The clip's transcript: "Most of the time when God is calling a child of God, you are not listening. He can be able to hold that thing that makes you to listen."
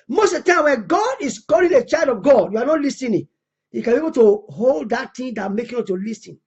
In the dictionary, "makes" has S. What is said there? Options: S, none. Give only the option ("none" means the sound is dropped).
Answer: none